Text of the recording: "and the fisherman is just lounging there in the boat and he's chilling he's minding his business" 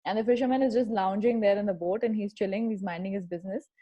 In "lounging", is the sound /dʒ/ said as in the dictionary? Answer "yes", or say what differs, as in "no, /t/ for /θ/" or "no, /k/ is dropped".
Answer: yes